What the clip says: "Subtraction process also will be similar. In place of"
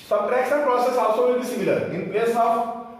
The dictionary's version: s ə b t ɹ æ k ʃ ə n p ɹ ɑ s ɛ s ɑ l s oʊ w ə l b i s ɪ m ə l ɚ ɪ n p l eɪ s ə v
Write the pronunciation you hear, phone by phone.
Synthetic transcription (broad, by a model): s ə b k ɹ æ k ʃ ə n p ɹ ɑ s ɛ s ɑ s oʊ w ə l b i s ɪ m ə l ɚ ɪ n p l eɪ s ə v